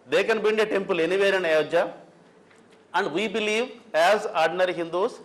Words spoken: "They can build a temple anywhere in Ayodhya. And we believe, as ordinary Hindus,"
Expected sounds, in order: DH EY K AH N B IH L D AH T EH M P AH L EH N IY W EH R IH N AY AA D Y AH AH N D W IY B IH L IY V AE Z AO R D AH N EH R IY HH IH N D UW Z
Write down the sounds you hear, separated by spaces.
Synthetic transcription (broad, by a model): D EY K AH N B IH N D AH T EH M P AH L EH N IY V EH R IH N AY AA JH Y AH AH N D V IY B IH L IY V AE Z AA R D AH N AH R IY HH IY N D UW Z